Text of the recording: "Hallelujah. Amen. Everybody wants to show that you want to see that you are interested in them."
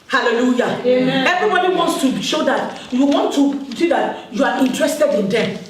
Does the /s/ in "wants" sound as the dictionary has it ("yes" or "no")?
yes